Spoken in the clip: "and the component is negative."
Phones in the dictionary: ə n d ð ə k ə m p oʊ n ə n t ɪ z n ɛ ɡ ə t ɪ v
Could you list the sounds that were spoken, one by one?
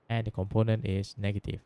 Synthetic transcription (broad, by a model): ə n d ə k ə m p oʊ n ə n t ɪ s n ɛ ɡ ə t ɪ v